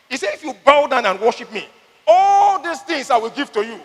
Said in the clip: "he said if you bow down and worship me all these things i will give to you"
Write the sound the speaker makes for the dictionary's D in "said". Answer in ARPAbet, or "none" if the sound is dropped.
none